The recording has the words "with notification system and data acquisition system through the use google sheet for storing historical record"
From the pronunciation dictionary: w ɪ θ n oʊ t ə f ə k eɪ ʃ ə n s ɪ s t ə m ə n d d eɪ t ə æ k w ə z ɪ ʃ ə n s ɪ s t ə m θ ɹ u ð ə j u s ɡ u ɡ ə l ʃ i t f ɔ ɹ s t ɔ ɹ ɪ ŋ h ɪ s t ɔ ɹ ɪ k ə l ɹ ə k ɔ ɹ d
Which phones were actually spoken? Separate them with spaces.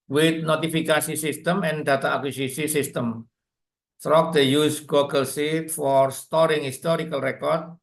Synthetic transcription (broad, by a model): w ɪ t n oʊ t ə f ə k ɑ s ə s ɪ s t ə m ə n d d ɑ t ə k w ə s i s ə s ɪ s t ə m t ɹ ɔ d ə j u s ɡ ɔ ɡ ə l s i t f ɔ ɹ s t ɔ ɹ ɪ ŋ h ɪ s t ɔ ɹ ɪ k ə l ɹ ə k ɔ ɹ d